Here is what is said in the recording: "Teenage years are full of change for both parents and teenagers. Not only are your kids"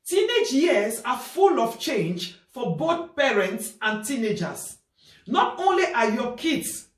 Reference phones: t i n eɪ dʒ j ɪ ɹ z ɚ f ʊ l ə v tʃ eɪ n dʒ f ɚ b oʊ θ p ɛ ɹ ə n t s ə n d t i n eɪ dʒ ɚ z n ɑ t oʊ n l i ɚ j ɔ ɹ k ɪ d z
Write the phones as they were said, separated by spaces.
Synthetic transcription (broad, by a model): t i n eɪ dʒ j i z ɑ f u l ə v tʃ eɪ n dʒ f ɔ b oʊ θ p ɛ ɹ ə n t s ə n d t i n eɪ dʒ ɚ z n ɑ t oʊ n l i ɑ j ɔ k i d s